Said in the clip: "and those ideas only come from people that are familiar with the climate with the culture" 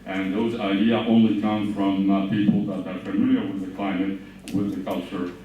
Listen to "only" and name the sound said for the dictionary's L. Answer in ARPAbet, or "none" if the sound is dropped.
L